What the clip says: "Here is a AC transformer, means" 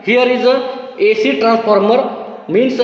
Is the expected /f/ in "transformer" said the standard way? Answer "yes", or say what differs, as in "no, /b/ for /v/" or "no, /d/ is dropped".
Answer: no, /p/ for /f/